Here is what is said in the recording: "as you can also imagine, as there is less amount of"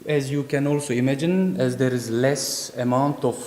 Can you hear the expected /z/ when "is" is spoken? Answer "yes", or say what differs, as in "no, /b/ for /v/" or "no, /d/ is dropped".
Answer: yes